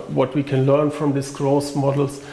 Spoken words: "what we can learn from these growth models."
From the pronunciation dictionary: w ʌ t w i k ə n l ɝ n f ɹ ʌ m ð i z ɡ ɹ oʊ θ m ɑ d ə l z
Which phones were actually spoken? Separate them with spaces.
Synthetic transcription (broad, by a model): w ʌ t w i k ə n l ɝ n f ɹ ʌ m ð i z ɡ ɹ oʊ s m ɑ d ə l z